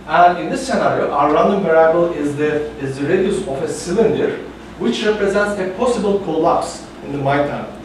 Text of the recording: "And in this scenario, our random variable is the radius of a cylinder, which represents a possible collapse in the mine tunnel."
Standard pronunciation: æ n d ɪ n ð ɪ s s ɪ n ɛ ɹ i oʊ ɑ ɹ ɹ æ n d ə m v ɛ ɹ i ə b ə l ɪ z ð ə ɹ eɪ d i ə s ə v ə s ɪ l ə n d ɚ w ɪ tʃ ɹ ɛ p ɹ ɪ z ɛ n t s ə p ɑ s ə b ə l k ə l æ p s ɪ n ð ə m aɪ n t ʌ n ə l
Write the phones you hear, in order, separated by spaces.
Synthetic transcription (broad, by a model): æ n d ɪ n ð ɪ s s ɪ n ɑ ɹ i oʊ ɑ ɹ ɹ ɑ n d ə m p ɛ ɹ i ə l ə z ɪ z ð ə ɹ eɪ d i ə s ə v ə s ɪ l ə n d ɚ w ɪ tʃ ɹ ɛ p ɹ ɪ z ɛ n t s ə p ɑ s ə b ə l k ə l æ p s ɪ n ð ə m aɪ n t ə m